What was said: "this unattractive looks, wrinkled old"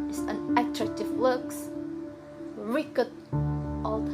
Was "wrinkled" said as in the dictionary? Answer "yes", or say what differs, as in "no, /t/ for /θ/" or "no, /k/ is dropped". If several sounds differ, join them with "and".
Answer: no, /ŋ/ is dropped and /l/ is dropped